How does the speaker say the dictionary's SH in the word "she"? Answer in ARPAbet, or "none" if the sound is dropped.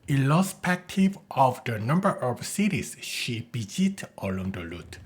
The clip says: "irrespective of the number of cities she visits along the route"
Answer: SH